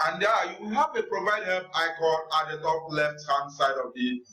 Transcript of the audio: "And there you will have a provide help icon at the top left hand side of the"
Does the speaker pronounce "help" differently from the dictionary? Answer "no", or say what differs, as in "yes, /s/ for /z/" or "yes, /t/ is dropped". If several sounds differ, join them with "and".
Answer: yes, /l/ is dropped